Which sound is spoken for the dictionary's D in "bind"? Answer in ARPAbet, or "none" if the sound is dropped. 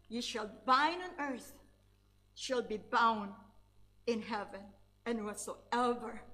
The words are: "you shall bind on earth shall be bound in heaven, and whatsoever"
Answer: none